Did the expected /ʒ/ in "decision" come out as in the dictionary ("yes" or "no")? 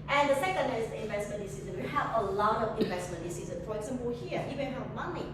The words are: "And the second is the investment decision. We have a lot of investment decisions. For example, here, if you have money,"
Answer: no